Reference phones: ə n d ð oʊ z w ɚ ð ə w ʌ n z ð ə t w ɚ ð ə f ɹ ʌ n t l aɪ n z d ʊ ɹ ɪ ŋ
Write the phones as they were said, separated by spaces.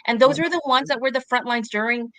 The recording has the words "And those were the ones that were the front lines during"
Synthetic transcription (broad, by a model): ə n ð oʊ z w ɚ ð ə w ʌ n z ð ə t w ɚ ð ə f ɹ ʌ n t l aɪ n z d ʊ ɹ ɪ ŋ